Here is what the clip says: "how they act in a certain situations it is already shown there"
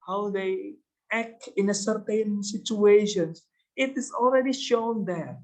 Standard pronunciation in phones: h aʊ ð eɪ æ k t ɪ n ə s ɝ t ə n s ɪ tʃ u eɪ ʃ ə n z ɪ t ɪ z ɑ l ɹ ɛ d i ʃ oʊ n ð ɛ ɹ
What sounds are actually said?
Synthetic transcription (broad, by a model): h aʊ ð eɪ æ k t ɪ n ə s ɝ t ə n s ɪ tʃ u eɪ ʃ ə n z ɪ t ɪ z ɑ l ɹ ɛ d i ʃ oʊ n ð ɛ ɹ